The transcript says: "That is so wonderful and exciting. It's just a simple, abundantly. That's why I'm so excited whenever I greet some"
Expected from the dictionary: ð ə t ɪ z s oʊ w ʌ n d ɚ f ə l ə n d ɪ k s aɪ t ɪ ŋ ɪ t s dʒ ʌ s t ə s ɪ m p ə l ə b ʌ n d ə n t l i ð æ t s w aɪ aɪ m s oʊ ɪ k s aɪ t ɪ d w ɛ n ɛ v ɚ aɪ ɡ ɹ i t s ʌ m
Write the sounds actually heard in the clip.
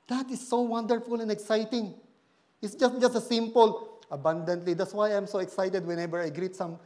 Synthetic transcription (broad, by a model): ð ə t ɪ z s oʊ w ʌ n d ɚ f ə l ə n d ɪ k s aɪ t ɪ ŋ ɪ t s dʒ ʌ s t ə s ɪ m p ə l ə b ʌ n d ə n t l i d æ t s w aɪ aɪ m s oʊ ɪ k s aɪ t ɪ d w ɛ n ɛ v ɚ aɪ ɡ ɹ i t s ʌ m